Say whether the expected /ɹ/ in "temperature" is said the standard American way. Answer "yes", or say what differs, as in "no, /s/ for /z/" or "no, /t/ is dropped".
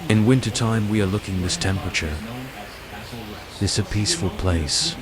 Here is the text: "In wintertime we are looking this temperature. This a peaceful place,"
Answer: yes